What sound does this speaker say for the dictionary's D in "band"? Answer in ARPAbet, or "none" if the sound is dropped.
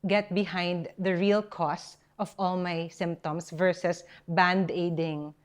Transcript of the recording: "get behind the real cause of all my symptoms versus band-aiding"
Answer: D